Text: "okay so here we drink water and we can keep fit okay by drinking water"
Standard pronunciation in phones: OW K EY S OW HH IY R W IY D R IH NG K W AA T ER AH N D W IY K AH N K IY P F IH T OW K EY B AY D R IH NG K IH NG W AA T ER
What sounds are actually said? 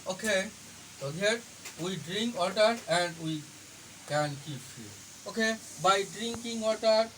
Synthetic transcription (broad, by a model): OW K EY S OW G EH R W IY D R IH NG K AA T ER AH N D W IY K AH N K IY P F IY OW K EY B AY D R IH NG K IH NG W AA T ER